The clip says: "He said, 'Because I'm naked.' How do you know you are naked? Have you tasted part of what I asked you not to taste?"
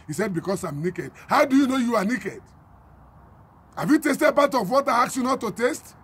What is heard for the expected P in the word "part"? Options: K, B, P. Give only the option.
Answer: B